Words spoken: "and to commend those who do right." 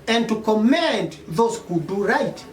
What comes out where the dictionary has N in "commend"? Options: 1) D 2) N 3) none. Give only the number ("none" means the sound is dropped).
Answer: 2